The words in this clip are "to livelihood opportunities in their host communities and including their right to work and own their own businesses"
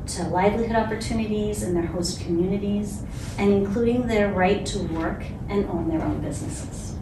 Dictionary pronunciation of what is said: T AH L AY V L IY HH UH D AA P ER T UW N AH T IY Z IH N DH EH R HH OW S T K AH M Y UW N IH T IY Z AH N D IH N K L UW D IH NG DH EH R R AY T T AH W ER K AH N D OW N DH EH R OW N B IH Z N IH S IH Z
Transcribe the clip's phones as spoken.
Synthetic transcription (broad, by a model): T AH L AY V L IY HH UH D AA P ER T UW N AH T IY Z IH N DH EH R HH OW S T K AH M Y UW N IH T IY Z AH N IH N K L UW D IH NG DH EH R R AY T T AH W ER K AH N OW N DH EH R OW N B IH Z N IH S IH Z